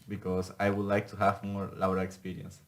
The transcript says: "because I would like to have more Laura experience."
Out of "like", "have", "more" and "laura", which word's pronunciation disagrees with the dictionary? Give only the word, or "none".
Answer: laura